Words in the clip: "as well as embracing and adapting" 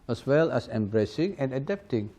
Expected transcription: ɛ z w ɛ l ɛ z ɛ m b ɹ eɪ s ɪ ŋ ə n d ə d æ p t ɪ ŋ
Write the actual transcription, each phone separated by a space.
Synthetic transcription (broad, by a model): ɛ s w ɛ l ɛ s ɛ m b ɹ eɪ s ɪ ŋ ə n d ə d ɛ p t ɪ ŋ